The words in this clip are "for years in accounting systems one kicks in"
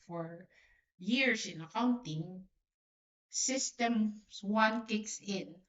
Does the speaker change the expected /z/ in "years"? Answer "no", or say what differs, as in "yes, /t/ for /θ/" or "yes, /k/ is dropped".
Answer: yes, /s/ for /z/